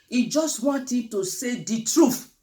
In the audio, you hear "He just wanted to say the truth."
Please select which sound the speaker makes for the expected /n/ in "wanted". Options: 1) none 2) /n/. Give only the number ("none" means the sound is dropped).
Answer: 2